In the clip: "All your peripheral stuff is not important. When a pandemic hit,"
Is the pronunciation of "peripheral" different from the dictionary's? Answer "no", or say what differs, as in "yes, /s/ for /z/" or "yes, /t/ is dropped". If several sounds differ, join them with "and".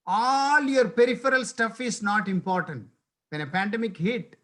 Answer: no